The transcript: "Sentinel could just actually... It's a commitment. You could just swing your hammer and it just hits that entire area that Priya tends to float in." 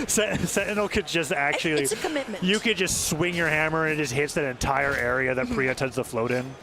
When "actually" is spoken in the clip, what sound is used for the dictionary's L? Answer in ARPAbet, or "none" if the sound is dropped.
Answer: none